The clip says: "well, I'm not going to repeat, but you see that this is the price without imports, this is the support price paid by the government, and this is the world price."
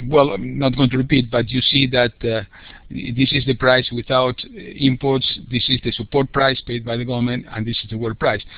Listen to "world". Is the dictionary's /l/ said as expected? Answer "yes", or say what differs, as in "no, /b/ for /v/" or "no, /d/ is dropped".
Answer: no, /l/ is dropped